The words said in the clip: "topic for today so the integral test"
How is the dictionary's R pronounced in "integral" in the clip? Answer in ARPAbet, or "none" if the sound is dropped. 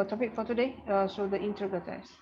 none